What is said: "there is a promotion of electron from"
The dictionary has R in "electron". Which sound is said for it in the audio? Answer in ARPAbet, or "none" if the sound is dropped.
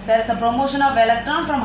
none